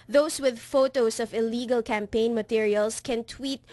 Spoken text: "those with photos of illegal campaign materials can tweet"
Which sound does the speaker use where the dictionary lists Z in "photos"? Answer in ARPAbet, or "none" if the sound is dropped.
S